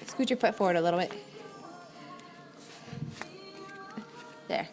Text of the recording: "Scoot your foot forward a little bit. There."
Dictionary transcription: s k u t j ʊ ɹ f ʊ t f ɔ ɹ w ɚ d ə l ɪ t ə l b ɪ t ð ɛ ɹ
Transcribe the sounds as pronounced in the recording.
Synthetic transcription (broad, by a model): s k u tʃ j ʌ ɹ p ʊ t f ɔ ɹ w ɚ d ə l ɪ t l b ɪ t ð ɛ ɹ